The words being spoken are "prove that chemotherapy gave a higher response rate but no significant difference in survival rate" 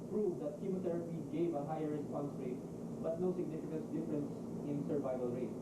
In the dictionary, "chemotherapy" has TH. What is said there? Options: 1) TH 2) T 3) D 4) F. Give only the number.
2